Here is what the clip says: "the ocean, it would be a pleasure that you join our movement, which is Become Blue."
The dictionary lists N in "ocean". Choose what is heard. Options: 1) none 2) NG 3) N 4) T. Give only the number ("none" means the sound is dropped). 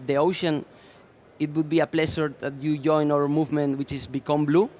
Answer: 3